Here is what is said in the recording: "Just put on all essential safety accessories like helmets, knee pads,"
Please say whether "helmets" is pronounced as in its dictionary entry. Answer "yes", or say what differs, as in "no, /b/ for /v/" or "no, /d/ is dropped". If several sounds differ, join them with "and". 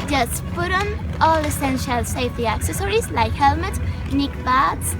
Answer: no, /s/ is dropped